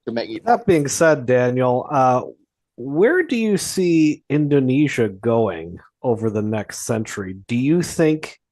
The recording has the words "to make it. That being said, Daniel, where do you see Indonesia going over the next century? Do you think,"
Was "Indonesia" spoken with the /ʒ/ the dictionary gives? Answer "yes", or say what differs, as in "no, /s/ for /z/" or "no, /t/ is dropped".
yes